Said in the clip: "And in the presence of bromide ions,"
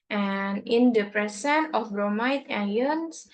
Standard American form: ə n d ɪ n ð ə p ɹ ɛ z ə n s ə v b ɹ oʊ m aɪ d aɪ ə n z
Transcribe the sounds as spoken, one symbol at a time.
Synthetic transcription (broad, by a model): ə n ɪ n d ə p ɹ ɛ s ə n ə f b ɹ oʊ m aɪ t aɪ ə n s